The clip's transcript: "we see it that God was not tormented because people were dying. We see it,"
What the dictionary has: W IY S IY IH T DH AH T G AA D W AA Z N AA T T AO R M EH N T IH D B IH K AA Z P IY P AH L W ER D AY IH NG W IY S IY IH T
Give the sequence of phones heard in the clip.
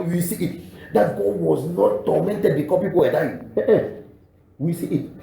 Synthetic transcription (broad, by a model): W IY S IY IH T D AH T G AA W AA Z N AA T T AO M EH N T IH D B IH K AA P IY P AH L W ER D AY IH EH W IY S IY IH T